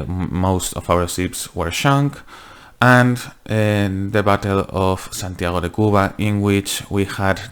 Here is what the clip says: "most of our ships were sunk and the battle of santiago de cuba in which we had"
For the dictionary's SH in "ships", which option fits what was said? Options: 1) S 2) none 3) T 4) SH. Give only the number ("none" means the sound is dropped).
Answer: 1